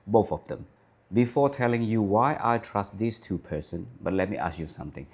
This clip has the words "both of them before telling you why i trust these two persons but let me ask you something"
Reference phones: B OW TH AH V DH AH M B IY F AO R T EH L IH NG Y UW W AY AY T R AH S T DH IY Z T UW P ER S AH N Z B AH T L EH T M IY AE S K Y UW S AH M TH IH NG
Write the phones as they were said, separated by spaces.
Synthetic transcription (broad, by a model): B OW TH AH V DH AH M B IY F AO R T EH L IH NG Y UW W AY AY T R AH S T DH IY S T UW P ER S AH N B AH T L EH T M IY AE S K Y UW S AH M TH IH NG